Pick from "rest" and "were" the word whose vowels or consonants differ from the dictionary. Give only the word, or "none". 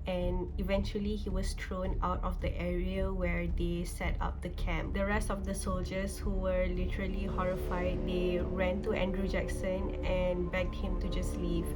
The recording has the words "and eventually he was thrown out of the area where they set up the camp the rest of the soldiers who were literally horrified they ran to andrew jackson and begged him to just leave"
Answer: none